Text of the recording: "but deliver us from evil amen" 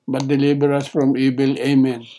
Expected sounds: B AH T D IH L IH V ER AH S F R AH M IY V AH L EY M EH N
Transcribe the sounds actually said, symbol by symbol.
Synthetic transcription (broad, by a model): B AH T D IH L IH B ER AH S F R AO M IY B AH L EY M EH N